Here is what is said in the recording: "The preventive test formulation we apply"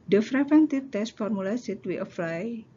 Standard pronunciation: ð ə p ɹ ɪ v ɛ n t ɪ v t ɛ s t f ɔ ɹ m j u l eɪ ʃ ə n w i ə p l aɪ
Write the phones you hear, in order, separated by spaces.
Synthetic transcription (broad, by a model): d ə f ɹ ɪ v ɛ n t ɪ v t ɛ s t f ɔ ɹ m u l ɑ s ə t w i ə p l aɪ